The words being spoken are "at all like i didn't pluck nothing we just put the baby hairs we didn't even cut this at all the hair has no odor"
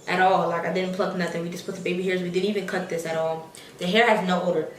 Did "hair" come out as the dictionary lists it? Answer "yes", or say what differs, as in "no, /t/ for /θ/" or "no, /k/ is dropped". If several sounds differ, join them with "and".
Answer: yes